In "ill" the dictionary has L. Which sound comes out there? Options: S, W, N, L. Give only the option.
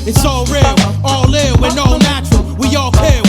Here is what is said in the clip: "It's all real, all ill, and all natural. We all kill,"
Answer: W